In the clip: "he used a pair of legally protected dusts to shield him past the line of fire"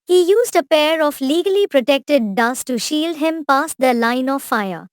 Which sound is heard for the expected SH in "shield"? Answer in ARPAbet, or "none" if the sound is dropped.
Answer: SH